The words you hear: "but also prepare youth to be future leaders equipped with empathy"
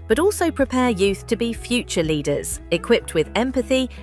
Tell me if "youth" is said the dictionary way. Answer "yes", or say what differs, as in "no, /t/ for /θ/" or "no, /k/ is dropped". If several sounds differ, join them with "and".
yes